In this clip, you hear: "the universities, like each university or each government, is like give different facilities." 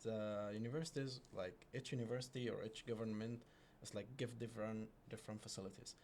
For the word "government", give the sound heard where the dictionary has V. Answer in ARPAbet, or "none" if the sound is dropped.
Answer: V